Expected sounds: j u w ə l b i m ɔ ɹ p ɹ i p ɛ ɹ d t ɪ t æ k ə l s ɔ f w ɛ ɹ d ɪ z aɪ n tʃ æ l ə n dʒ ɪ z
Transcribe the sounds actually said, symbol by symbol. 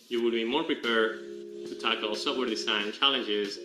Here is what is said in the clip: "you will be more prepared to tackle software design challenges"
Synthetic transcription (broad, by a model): j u w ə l b i m ɔ ɹ p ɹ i p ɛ ɹ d t ɪ t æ k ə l s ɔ p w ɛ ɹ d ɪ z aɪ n tʃ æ l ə n dʒ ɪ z